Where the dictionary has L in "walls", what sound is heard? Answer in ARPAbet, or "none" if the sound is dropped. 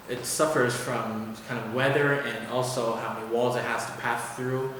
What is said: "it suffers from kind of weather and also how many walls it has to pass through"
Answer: L